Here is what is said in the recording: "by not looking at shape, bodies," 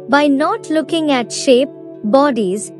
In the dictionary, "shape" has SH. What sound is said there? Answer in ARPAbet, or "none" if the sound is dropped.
SH